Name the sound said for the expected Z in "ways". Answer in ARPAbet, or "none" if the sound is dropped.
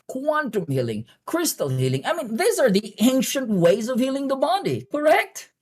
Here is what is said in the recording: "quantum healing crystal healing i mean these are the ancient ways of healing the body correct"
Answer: Z